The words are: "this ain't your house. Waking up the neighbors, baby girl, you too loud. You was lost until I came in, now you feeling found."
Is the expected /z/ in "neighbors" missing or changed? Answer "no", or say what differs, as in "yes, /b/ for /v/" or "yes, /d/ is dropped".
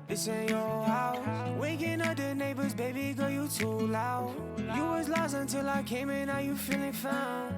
no